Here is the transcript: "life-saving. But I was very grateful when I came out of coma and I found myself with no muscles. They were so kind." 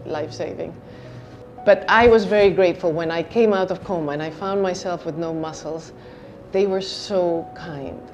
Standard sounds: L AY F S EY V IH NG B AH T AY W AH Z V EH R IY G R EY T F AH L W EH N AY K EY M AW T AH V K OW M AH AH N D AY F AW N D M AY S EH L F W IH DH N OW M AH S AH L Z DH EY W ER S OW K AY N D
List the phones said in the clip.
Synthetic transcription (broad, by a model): L AY F S EY V IH NG B AH T AY W AH Z V EH R IY G R EY T F L W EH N AY K EY M AW T AH V K OW M AH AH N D AY F AW N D M AY S EH L F W IH DH N OW M AH S L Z DH EY W ER S OW K AY N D